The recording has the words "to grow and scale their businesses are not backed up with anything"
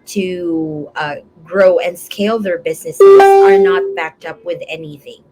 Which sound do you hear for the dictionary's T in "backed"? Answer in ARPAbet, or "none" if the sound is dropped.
T